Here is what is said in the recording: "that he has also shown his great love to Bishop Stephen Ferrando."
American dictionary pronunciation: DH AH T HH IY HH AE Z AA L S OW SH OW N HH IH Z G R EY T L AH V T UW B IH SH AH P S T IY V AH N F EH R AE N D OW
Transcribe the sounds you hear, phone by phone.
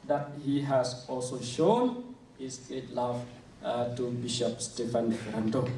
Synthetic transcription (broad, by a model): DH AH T HH IY HH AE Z AA L S OW SH OW N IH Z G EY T L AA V T UW B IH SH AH P S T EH F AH N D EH R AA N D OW